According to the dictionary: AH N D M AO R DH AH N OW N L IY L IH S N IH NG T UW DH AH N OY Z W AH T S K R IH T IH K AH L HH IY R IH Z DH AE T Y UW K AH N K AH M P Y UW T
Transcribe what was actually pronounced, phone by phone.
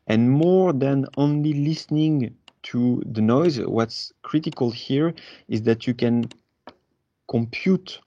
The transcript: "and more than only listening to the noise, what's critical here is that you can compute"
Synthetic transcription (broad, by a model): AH N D M AO R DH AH N OW N L IY L IH S N IH NG T UW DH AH N OY Z W AH T S K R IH T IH K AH L HH IY R IH Z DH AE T Y UW K AH N K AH M P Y UW T